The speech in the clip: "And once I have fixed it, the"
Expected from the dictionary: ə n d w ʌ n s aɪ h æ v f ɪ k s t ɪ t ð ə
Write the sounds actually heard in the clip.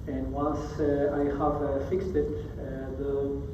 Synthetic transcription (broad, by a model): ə n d w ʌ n s aɪ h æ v f ɪ k s t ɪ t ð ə